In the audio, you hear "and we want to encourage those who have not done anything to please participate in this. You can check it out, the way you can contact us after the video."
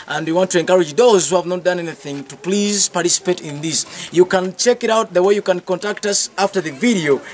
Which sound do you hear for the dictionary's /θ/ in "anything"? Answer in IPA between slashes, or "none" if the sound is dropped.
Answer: /θ/